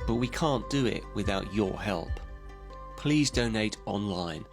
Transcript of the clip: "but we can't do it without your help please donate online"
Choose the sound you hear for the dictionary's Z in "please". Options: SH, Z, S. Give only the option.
Z